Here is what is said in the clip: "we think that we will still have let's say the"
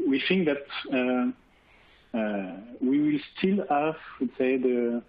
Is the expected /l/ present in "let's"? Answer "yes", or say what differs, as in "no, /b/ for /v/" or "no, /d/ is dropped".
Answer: no, /w/ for /l/